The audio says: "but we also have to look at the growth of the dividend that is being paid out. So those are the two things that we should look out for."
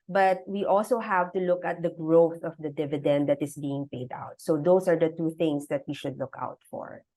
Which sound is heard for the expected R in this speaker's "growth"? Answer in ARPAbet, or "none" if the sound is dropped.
R